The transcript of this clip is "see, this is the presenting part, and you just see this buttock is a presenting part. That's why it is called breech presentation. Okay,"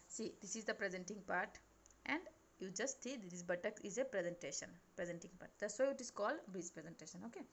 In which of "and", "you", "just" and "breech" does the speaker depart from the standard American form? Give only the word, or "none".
breech